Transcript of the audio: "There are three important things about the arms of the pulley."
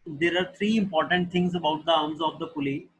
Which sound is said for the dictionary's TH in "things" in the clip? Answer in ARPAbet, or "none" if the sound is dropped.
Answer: T